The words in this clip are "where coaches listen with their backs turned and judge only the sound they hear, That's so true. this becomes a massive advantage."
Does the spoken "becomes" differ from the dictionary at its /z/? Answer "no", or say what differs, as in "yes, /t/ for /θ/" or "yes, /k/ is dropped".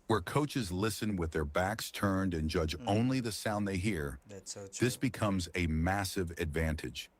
no